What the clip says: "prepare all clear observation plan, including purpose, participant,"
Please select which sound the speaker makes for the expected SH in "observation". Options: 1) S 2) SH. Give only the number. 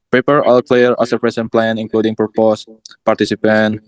1